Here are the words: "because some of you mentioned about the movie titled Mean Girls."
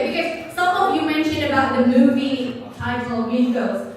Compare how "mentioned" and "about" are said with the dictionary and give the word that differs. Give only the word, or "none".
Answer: mentioned